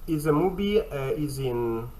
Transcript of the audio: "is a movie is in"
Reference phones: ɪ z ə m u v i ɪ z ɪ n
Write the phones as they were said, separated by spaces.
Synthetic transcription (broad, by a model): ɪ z ə m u b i ɪ z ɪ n